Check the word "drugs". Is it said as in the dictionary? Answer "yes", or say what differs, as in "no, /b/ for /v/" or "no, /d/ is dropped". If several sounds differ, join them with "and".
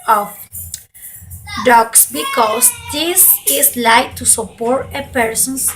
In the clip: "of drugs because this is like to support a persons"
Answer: no, /ɹ/ is dropped